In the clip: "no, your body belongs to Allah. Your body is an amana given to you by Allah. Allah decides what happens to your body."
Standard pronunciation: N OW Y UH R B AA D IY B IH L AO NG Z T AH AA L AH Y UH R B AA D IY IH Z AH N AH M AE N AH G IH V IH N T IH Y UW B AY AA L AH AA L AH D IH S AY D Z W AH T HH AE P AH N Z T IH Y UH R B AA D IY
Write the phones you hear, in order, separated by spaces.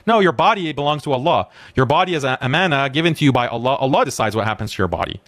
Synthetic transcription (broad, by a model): N OW Y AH R B AA D IY B IH L AO NG Z T AH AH L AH Y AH R B AA D IY IH Z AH AH M AE N AH G IH V IH N T IH Y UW B AY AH L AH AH L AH D IH S AY D Z W AH T HH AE P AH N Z T IH Y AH R B AA D IY